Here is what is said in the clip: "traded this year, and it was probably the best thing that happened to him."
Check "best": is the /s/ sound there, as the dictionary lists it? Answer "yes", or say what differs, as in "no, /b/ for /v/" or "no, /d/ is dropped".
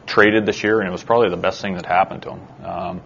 yes